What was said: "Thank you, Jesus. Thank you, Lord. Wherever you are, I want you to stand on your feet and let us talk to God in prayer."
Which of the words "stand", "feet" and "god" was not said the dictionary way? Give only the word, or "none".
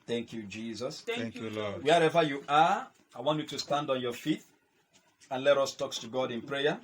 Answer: none